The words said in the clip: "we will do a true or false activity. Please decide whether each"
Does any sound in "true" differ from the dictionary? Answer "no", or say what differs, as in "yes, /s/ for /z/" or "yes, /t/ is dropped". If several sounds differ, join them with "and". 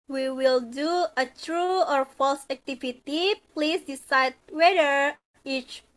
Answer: no